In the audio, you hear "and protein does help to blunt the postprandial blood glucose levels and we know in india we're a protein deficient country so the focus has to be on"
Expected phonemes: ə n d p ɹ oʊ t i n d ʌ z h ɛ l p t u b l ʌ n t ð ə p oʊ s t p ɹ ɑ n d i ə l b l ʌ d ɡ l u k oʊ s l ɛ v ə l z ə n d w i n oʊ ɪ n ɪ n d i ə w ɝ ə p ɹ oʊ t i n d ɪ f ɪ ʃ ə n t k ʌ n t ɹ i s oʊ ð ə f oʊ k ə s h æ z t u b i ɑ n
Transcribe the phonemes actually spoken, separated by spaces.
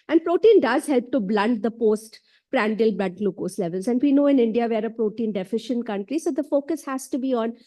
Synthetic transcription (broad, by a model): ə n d p ɹ oʊ t i n d ʌ z h ɛ l p t u b l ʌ n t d ə p oʊ s t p ɹ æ n d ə l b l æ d l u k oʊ s l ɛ v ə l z ə n d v i n oʊ ɪ n ɪ n d i ə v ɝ ə p ɹ oʊ t i n d ɪ f ɪ ʃ ə n t k ʌ n t ɹ i s oʊ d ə f oʊ k ə s h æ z t u b i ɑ n